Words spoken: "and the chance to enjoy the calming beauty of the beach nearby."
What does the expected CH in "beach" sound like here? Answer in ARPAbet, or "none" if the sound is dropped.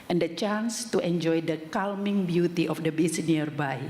S